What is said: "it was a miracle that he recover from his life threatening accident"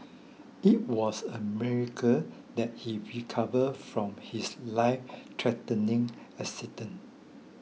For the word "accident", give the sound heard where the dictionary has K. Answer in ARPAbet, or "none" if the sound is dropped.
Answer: none